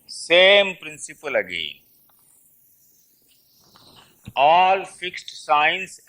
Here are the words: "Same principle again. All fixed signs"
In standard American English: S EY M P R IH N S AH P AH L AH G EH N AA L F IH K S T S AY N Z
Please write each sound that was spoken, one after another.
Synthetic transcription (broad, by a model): S EY M P R IH N S AH P AH L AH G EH AA L F IH K S T S AY N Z